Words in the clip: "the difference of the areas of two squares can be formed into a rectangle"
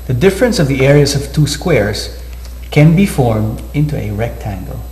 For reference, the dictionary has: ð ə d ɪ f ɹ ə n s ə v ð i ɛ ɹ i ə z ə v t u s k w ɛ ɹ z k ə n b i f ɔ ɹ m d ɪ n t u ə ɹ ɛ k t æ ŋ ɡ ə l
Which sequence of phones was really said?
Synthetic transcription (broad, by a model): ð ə d ɪ f ɹ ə n s ə v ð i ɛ ɹ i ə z ə v t u s k w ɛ ɹ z k ə n b i f ɔ ɹ m d ɪ n t u ə ɹ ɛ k t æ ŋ ɡ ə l